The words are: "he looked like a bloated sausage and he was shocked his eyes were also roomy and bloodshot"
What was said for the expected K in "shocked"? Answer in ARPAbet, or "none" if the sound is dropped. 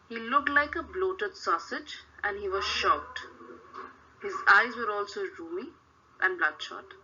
none